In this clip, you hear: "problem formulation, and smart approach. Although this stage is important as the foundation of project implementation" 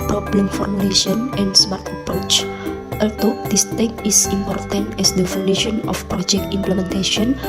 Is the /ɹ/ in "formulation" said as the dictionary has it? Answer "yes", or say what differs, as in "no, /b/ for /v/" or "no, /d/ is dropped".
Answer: no, /w/ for /ɹ/